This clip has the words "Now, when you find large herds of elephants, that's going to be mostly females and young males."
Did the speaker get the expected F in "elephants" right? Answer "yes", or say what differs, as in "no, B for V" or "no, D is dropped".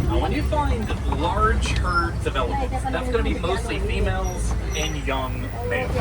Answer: no, F is dropped